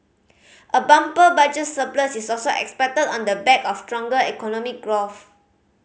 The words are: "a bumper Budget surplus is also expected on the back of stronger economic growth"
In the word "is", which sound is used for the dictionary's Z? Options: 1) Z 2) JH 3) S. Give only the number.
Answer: 3